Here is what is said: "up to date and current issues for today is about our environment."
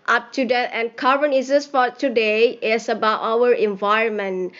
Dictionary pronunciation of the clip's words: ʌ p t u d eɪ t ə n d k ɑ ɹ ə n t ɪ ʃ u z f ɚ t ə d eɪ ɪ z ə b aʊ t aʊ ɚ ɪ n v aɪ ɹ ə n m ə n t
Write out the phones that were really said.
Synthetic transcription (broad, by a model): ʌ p t u d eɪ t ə n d k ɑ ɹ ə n ɪ s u s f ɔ t ə d eɪ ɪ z ə b aʊ t aʊ ɚ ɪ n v aɪ ɹ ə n m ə n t